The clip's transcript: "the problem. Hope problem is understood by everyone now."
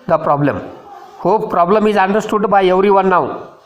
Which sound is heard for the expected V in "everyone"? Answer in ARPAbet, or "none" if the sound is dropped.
W